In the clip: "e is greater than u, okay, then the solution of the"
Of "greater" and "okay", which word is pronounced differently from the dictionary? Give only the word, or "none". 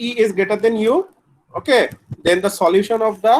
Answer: greater